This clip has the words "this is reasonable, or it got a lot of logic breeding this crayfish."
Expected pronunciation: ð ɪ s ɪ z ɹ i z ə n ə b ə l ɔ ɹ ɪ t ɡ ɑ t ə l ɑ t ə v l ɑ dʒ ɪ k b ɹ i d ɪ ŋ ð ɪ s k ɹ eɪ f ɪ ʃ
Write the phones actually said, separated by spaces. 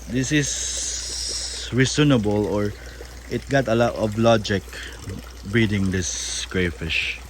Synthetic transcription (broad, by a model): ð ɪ s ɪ s ɹ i s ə n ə b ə l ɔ ɹ ɪ t ɡ ɑ t ə l ɑ t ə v l ɑ dʒ ɪ k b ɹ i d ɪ ŋ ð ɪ s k ɹ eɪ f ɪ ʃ